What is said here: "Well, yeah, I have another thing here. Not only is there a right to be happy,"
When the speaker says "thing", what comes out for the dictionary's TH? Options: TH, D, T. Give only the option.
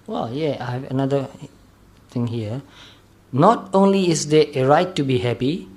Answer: T